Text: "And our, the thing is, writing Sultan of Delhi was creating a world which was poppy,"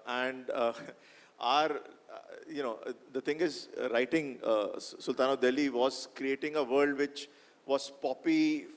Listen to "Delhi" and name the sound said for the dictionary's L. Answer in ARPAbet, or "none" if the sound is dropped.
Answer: L